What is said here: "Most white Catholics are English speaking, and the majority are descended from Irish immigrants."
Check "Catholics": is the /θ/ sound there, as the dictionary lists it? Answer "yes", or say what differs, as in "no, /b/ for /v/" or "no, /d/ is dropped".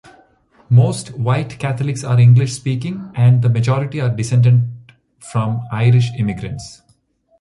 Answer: no, /t/ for /θ/